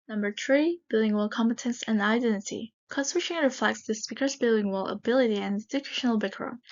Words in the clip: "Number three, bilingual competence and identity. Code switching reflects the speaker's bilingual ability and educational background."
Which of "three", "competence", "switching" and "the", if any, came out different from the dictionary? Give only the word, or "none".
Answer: switching